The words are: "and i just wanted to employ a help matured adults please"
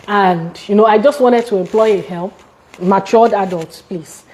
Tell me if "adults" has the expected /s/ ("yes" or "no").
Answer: no